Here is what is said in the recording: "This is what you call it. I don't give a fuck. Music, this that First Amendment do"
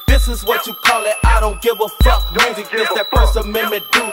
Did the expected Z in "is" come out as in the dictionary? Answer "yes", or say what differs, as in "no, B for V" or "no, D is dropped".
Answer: yes